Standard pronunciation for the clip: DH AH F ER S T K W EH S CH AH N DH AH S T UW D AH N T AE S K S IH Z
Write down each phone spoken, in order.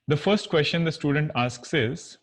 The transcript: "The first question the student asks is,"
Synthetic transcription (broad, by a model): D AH F ER S T K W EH S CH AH N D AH S T UW D AH N T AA S K S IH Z